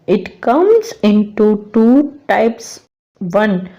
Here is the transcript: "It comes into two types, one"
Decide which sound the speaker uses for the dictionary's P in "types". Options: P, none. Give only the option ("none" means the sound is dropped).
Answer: P